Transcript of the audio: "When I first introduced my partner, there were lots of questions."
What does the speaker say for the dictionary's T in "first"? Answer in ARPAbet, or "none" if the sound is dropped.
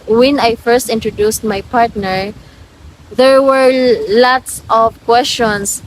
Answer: T